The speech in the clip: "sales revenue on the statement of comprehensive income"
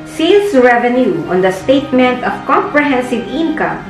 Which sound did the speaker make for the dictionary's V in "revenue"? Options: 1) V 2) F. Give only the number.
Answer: 1